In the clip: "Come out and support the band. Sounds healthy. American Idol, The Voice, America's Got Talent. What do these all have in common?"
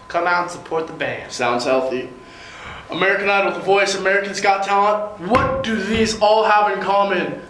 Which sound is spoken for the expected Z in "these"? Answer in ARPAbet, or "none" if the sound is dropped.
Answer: Z